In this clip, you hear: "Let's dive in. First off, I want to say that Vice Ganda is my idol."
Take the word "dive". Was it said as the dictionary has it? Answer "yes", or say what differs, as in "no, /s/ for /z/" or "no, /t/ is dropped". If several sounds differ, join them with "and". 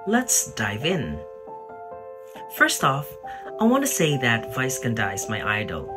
yes